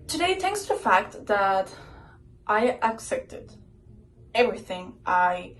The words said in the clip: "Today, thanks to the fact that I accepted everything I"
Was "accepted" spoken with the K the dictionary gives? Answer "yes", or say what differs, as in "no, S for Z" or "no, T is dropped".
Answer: yes